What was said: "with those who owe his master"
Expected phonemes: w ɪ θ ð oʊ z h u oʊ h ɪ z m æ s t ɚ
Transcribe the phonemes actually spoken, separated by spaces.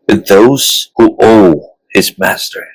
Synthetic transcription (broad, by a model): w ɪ ð oʊ z h u oʊ h ɪ z m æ s t ɚ